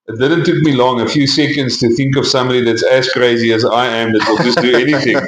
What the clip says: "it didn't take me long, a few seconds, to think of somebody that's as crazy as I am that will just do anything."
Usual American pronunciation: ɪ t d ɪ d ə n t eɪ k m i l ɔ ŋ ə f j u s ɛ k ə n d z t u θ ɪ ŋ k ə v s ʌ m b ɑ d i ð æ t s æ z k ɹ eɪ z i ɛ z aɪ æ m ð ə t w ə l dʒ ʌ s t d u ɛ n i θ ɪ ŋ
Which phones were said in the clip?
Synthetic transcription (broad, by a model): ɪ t d ɪ d ə n t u k m i l ɔ ŋ ə f j u s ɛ k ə n d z t u θ ɪ ŋ k ə v s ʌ m b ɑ d i ð æ t s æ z k ɹ eɪ z i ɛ z aɪ æ m ð ə t w ə l dʒ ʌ s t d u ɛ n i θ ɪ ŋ